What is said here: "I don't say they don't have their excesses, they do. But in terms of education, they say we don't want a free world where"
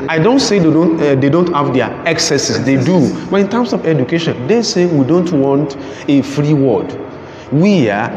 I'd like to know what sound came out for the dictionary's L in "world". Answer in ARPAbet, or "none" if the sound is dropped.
none